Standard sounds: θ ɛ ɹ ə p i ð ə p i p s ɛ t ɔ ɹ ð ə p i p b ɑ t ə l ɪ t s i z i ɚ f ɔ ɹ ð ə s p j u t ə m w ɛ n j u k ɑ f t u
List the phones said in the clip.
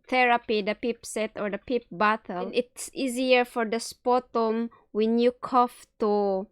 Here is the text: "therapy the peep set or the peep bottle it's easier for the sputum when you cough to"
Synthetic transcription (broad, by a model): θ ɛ ɹ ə p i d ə p i p s ɛ t ɔ ɹ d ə p i p b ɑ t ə n ɪ t s i z i ɚ f ɔ ɹ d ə s p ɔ t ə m w ɛ n j u k ɑ f t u